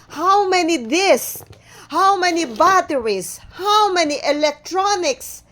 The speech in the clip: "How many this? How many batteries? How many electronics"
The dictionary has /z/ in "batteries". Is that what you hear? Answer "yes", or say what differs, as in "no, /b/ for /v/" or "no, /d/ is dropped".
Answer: no, /s/ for /z/